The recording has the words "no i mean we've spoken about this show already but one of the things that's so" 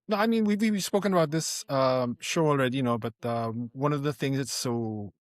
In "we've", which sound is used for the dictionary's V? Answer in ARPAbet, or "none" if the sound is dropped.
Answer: W